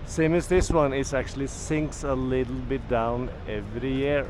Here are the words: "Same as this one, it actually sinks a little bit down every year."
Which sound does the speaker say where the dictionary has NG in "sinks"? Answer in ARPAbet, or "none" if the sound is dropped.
NG